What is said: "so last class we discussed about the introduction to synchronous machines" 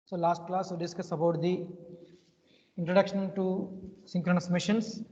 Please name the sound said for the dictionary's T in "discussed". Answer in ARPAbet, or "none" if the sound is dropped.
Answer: none